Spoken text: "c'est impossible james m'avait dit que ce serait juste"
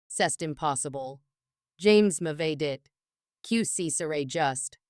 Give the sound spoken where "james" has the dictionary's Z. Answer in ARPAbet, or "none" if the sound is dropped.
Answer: Z